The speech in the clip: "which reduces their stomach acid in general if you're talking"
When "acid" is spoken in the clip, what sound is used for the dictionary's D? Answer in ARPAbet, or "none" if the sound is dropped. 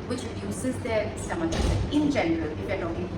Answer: none